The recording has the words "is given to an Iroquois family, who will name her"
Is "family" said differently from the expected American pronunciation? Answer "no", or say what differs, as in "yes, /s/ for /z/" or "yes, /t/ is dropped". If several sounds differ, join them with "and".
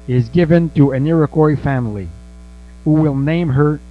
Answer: no